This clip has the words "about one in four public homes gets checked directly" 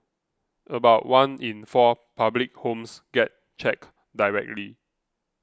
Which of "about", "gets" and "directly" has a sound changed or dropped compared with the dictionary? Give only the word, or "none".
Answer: gets